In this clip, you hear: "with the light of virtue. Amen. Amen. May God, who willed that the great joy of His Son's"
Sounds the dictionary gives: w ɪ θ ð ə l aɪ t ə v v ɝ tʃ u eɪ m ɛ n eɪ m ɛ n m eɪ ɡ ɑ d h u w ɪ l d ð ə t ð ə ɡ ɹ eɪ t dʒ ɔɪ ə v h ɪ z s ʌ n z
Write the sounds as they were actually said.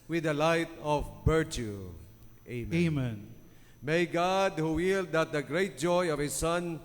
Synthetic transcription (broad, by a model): w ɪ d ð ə l aɪ t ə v b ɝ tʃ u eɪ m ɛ eɪ m ɛ n m eɪ ɡ ɑ d h u w ɪ l d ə t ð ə ɡ ɹ eɪ t dʒ ɔɪ ə v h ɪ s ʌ n